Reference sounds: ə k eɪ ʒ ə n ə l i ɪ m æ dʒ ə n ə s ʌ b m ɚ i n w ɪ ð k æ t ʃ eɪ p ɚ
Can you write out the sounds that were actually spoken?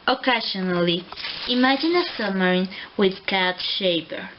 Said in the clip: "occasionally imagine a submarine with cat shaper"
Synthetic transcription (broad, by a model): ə k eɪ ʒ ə n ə l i ɪ m æ dʒ ə n ə s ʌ m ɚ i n w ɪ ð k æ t ʃ eɪ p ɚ